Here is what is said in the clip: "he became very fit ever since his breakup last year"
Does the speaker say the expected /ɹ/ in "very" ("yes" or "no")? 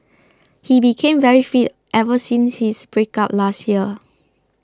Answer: yes